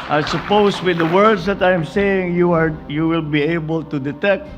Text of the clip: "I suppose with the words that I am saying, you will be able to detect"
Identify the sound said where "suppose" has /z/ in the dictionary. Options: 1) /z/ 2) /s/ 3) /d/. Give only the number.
2